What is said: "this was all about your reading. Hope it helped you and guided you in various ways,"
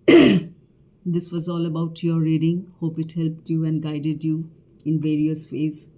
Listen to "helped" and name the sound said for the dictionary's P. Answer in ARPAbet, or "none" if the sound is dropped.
P